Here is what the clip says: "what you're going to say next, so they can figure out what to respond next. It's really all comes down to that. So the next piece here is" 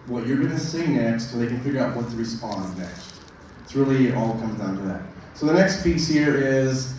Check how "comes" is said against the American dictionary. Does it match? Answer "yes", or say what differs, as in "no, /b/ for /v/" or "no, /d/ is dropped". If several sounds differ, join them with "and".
yes